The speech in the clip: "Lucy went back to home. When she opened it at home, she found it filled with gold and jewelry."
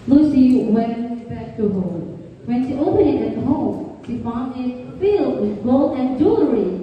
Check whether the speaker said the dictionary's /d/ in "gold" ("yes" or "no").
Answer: no